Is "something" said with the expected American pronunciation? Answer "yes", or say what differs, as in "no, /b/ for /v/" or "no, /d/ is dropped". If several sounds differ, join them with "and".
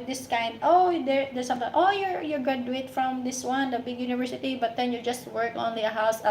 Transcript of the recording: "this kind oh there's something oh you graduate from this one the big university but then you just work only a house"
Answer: no, /t/ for /θ/